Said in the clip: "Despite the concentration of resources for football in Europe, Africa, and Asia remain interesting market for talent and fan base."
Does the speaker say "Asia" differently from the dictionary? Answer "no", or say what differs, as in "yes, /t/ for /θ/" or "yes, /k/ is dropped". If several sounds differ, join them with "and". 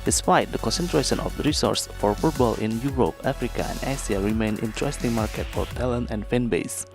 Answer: yes, /s/ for /ʒ/